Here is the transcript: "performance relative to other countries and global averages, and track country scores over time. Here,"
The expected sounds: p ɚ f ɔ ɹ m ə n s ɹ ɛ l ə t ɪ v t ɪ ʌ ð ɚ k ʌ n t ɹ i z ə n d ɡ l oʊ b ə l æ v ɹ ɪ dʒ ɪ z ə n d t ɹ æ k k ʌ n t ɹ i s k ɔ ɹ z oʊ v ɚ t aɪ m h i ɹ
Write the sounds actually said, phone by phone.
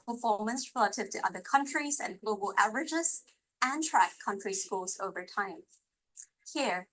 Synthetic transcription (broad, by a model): p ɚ f ɔ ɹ m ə n s ɹ ɛ l ə t ɪ v t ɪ ʌ ð ɚ k ʌ n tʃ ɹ i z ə n ɡ l oʊ b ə l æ v ɹ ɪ dʒ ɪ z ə n t ɹ æ k k ʌ n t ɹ i s k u l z oʊ v ɚ t aɪ m h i ɹ